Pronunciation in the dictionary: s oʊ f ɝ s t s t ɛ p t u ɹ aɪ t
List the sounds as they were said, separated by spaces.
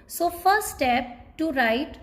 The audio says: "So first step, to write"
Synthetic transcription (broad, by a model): s oʊ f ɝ t s t ɛ p t u ɹ aɪ t